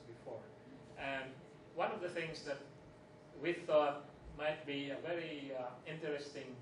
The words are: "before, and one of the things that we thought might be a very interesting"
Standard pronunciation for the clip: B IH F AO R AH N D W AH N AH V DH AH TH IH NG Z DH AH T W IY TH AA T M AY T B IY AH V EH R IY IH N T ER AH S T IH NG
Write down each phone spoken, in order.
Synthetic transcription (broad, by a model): B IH F AO R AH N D W AH N AH V DH AH TH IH NG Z DH AH T W IY TH AA T M AY T B IY AH V EH R IY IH N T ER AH S T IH NG